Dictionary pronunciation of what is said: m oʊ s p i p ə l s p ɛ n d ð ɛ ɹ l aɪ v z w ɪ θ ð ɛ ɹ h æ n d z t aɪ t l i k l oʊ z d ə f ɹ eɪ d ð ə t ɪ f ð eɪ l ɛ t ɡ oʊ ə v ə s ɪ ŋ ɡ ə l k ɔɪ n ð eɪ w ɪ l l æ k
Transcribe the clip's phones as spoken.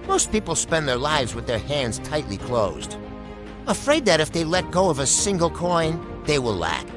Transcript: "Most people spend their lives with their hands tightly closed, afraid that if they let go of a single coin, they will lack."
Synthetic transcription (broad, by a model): m oʊ s p i p l s p ɛ n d ð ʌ ɹ l aɪ v z w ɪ ð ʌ ɹ h æ n d z t aɪ t l i k l oʊ z d ə f ɹ eɪ d ð ə t ɪ f ð eɪ l ɛ t ɡ oʊ ə v ə s ɪ ŋ ɡ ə l k ɔɪ n ð eɪ w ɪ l l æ k